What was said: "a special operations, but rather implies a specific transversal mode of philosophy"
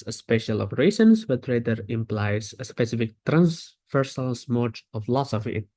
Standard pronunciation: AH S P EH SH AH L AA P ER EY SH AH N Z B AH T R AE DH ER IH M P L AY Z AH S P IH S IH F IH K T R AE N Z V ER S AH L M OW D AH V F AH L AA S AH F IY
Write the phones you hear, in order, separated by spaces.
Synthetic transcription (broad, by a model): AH S P EH SH AH L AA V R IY S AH N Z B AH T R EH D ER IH M P L AY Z AH S P IH S IH F IH K T R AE N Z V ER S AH L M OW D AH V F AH L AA S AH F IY